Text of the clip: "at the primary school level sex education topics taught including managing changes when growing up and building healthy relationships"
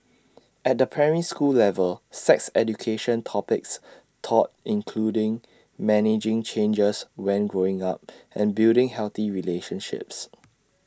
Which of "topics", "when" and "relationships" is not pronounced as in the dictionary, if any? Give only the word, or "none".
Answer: none